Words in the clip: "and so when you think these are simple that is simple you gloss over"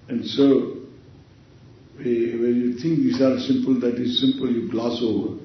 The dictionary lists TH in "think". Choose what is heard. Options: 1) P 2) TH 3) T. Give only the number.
3